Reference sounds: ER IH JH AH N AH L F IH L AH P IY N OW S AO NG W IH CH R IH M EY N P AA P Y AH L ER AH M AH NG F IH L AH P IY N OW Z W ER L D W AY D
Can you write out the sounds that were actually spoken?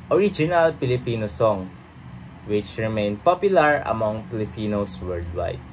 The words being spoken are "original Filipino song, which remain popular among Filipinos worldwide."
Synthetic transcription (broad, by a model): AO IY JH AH N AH L P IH L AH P IY N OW S AO NG W IH CH R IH M EY N P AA P Y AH L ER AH M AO NG P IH L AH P IY N OW S W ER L D W AY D